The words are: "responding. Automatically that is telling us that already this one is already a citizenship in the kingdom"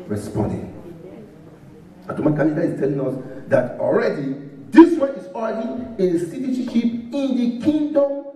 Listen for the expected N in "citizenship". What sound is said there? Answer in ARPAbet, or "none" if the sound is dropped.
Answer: none